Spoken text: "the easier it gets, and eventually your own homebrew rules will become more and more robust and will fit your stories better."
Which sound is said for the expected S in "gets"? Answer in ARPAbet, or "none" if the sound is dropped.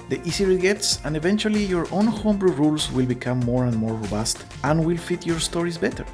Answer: S